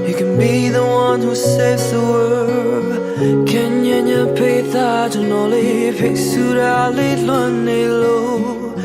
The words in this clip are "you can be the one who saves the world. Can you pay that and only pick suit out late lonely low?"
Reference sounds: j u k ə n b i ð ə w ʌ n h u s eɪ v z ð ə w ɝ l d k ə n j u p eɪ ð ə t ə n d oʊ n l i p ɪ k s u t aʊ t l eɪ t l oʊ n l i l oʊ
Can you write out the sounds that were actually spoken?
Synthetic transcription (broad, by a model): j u k ə n b i ð ə w ʌ n h u s eɪ v z ð ə w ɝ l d k ə n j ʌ p eɪ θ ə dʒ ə n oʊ l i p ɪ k s u t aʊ l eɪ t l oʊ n i l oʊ